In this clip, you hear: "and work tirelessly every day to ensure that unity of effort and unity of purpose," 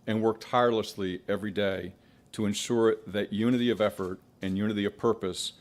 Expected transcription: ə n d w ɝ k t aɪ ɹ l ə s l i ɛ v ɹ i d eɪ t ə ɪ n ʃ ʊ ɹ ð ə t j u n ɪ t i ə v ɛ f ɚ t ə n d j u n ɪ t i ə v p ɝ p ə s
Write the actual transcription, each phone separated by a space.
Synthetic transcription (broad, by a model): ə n w ɝ k t aɪ ɹ l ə s l i ɛ v ɹ i d eɪ t ə ɪ n ʃ ʊ ɹ ð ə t j u n ɪ t i ə v ɛ f ɚ t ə n j u n ɪ t i ə v p ɝ p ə s